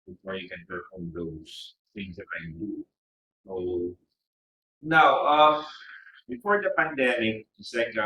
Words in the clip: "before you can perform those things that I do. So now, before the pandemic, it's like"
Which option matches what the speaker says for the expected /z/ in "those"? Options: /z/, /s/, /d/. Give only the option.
/s/